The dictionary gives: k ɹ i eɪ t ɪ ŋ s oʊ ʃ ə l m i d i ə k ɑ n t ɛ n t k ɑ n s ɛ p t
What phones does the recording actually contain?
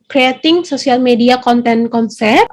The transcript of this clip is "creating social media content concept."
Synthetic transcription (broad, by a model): k ɹ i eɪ t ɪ ŋ s oʊ s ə l m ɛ d i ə k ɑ n t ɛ n k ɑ n s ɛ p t